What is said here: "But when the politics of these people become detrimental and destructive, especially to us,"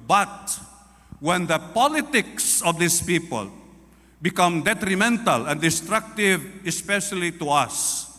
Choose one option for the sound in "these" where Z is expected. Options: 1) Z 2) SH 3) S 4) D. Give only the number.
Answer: 3